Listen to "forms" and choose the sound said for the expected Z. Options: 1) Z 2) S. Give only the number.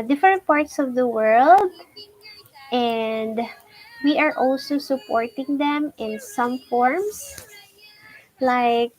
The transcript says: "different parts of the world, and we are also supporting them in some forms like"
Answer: 2